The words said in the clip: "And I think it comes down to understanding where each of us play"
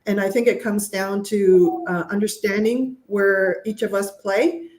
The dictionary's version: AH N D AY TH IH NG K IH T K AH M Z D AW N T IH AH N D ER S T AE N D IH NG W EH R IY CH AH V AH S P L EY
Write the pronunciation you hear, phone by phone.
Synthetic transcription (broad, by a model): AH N AY TH IH NG K IH T K AH M Z D AW N T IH AH N D ER S T AE N D IH NG W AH R IY CH AH V AH S P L EY